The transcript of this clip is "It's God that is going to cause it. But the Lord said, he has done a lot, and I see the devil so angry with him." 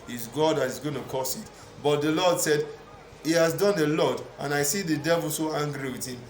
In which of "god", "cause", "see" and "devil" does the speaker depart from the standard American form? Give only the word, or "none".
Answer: cause